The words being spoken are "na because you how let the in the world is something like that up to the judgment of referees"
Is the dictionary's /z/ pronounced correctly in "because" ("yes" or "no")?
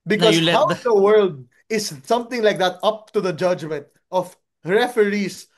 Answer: no